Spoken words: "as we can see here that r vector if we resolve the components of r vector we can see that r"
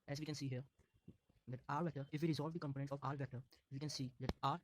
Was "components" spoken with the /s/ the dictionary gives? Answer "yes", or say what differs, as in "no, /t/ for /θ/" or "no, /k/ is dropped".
no, /s/ is dropped